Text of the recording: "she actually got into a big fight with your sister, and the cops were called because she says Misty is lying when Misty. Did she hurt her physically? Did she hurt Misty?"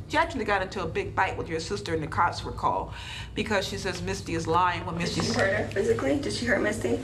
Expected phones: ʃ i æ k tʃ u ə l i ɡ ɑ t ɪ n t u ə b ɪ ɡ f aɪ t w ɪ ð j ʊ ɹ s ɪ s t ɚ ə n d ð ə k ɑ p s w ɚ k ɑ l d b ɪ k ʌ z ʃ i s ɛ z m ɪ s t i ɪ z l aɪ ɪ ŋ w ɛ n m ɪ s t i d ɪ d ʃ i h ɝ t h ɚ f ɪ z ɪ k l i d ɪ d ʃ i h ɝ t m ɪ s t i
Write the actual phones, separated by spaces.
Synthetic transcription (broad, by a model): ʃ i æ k tʃ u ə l i ɡ ɑ t ɪ n t u ə b ɪ ɡ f aɪ t w ɪ ð j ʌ ɹ s ɪ s t ɚ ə n ð ə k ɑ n s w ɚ k ɑ l b ɪ k ʌ z ʃ i s ɛ z m ɪ s t i ɪ z l aɪ ɪ ŋ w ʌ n m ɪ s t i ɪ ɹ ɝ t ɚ f ɪ z ɪ k l i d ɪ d ʃ i h ɝ t m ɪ s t i